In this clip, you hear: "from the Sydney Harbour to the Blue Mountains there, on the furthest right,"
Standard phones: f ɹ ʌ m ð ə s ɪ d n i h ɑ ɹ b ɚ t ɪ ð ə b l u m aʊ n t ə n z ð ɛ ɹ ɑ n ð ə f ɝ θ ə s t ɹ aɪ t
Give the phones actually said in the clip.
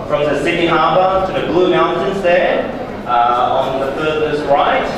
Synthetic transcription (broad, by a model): f ɹ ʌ m ð ə s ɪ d i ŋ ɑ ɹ b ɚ t ɪ ð ə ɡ l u m aʊ n t ə n z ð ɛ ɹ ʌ n ð ə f ɝ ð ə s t ɹ aɪ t